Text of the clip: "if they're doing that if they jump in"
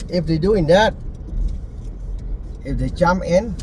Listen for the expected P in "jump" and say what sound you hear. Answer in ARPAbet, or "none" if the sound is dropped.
none